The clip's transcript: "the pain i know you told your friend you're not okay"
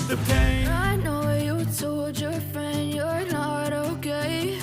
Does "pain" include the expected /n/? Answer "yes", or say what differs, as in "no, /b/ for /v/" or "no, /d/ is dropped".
no, /n/ is dropped